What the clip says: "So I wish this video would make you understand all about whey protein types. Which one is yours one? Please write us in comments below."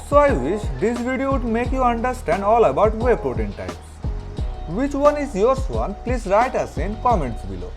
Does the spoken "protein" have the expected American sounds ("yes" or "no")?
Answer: no